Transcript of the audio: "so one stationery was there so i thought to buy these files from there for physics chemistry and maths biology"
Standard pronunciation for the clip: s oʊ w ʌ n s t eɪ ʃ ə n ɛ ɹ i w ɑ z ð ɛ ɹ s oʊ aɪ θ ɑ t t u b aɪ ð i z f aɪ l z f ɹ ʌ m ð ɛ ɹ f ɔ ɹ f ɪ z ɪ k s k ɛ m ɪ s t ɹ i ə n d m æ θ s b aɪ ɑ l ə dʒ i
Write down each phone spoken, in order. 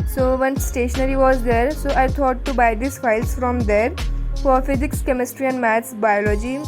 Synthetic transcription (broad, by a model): s oʊ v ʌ n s t eɪ ʃ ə n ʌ ɹ i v ɑ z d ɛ ɹ s oʊ aɪ t ɑ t t u b aɪ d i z f aɪ l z f ɹ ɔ m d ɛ ɹ f ɔ ɹ f ɪ z ɪ k s k ɛ m ɪ s t ɹ i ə n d m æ t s b aɪ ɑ l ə dʒ i